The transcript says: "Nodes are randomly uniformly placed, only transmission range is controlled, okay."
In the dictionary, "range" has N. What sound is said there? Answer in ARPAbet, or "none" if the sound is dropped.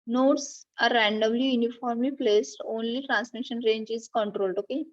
N